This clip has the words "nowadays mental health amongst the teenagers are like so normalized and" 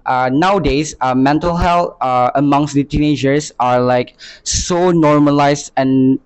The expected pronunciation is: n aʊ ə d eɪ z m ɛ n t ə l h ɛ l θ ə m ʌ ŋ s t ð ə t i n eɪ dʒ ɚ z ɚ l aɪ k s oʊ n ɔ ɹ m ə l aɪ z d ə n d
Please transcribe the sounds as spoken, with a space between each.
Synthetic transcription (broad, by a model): n aʊ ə d eɪ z m ɛ n t ə l h ɛ l t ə m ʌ ŋ s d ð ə t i n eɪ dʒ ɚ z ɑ l aɪ k s oʊ n ɔ ɹ m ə l aɪ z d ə n